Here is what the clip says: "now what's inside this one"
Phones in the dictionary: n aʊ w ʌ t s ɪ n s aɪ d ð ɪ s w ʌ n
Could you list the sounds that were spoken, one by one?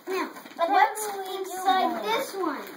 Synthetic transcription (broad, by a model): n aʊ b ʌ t ɪ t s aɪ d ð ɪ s w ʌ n